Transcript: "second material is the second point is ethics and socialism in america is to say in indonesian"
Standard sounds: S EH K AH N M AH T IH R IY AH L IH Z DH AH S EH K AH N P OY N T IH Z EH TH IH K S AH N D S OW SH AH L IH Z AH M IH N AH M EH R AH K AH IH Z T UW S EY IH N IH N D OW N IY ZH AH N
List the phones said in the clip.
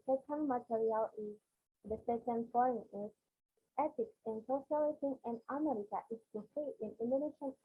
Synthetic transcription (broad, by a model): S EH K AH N M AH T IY R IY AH L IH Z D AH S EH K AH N F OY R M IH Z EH T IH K S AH N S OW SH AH L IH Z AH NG IH N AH M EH R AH K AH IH S T UW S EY IH N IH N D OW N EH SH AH N